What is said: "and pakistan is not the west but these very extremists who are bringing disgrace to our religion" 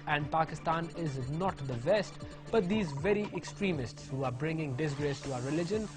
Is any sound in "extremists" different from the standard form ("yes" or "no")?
no